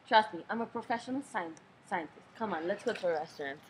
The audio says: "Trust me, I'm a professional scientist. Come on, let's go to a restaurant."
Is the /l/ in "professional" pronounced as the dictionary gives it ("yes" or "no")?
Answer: no